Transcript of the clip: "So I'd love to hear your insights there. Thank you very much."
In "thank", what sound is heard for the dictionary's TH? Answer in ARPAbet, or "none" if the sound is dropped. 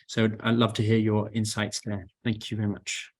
TH